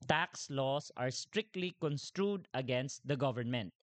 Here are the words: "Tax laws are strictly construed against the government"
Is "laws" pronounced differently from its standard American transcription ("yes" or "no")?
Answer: yes